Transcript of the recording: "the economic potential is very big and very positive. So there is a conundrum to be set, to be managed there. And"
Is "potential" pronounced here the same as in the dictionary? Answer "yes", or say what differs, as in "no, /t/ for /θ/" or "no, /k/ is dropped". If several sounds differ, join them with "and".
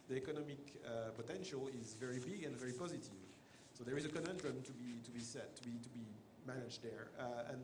yes